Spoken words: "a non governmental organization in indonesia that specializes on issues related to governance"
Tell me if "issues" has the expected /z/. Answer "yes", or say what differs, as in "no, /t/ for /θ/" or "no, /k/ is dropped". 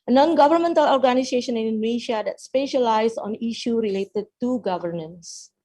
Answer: no, /z/ is dropped